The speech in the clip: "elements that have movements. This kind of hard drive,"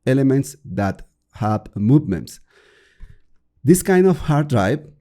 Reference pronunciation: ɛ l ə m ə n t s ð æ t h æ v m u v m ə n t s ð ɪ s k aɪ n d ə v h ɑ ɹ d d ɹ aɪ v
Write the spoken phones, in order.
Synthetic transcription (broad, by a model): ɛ l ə m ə n t s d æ t h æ b m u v m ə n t s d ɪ s k aɪ n d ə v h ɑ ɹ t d ɹ aɪ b